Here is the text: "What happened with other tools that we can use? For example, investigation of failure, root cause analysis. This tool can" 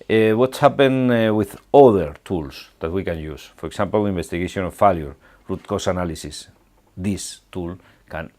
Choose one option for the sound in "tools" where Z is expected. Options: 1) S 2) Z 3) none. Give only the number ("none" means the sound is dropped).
1